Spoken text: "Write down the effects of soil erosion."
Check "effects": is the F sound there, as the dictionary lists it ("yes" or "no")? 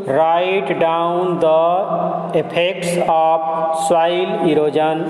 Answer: no